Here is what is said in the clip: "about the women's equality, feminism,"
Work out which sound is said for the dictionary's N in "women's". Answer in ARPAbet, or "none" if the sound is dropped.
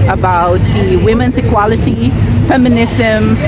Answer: N